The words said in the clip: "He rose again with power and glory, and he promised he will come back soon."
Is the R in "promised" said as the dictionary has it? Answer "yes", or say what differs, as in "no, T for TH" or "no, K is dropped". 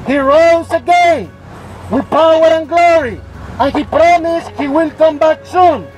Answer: yes